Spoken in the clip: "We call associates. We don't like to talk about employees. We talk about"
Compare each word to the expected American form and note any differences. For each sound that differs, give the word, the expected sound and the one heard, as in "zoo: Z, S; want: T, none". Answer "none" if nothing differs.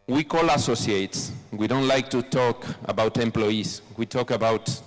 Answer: employees: Z, S